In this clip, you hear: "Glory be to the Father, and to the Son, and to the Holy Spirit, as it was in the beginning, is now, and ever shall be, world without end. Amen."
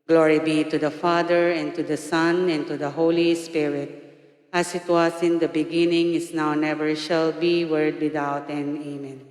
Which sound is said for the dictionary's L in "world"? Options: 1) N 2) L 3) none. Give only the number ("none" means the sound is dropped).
3